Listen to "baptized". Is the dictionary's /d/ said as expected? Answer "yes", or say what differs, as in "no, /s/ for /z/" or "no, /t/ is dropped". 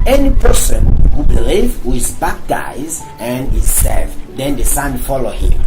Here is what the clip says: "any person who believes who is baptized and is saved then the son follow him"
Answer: no, /d/ is dropped